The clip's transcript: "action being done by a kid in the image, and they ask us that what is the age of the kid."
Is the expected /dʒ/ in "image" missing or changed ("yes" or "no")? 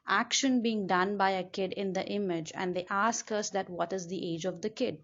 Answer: no